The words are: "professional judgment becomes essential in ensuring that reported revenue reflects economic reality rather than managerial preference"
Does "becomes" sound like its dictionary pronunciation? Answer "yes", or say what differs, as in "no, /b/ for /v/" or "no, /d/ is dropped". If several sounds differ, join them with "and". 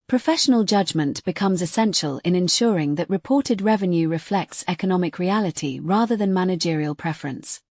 yes